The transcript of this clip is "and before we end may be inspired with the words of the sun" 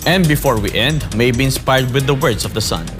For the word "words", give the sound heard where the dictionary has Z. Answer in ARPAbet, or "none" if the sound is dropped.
S